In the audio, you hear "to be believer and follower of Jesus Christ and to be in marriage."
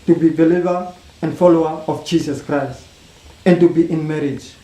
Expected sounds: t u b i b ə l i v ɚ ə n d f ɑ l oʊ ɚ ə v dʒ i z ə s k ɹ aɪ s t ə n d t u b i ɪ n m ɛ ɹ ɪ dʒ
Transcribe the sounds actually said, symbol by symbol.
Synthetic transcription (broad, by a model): t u b i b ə l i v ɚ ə n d f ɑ l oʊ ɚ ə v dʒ i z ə s k ɹ aɪ s t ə n t u b i ɪ n m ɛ ɹ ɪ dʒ